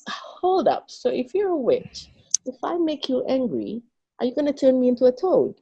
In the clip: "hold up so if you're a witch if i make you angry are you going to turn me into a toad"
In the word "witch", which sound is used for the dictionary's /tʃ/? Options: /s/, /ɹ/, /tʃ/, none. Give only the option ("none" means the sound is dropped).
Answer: /tʃ/